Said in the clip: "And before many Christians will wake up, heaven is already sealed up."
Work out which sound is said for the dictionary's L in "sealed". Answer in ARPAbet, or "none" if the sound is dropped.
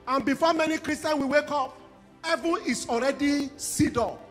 none